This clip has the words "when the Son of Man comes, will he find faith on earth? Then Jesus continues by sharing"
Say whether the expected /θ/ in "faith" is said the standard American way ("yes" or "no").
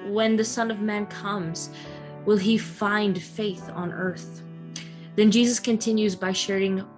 yes